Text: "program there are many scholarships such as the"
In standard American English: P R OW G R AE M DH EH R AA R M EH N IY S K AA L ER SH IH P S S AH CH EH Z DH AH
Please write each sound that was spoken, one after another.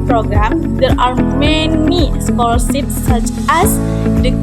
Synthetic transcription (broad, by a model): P R OW G R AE M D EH R AA R M EH N IY S K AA L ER S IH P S S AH CH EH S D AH